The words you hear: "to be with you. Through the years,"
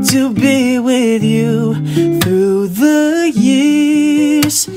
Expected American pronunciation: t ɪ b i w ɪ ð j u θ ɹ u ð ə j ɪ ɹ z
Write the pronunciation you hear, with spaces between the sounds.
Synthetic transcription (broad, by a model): t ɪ b i w ɪ ð j u θ ɹ u ð ə j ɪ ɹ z